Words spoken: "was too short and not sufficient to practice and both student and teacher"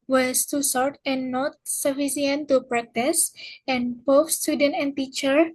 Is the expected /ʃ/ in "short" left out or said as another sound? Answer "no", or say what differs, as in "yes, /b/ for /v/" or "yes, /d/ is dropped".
yes, /s/ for /ʃ/